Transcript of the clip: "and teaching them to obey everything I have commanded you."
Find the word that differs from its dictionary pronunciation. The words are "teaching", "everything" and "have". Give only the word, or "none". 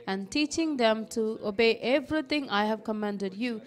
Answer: everything